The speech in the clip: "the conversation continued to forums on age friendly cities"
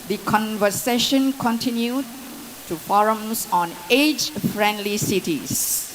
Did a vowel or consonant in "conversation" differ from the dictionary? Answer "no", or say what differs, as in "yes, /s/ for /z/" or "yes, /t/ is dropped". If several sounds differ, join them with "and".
no